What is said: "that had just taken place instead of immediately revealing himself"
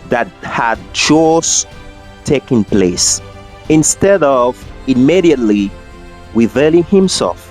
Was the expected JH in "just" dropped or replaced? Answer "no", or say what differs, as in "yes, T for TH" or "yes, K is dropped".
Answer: yes, CH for JH